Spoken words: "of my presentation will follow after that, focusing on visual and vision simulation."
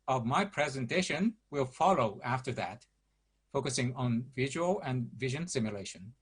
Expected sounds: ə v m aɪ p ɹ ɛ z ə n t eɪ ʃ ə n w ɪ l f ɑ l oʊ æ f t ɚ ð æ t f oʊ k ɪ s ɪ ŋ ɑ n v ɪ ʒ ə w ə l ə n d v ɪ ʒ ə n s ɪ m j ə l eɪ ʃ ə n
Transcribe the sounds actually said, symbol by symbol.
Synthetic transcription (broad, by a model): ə v m aɪ p ɹ ɛ z ə n t eɪ ʃ ə n w ɪ l f ɑ l oʊ æ f t ɚ ð æ t f oʊ k ɪ s ɪ ŋ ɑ n v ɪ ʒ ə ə l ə n v ɪ ʒ ə n s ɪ m j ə l eɪ ʃ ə n